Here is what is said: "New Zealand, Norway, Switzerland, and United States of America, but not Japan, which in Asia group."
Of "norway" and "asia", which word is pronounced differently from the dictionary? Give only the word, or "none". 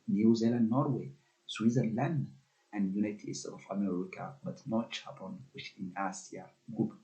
asia